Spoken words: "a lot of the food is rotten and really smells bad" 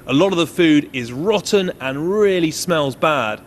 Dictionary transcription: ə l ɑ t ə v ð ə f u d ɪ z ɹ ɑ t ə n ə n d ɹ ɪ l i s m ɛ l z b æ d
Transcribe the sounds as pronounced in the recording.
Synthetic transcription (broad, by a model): ə l ɑ t ə v ð ə f u d ɪ z ɹ ɑ t n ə n ɹ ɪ l i s m ɛ l z b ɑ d